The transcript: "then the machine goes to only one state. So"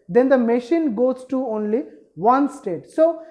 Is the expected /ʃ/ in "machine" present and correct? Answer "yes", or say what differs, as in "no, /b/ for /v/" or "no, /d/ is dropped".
yes